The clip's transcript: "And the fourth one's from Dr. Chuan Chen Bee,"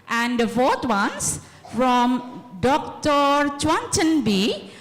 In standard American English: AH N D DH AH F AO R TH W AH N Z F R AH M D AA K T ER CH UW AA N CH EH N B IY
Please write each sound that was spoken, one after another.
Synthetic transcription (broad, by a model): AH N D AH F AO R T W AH N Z F R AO M D AA K T ER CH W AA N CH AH N B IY